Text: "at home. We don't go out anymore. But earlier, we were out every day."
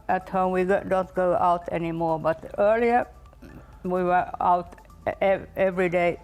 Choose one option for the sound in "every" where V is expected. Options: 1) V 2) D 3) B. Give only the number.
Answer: 1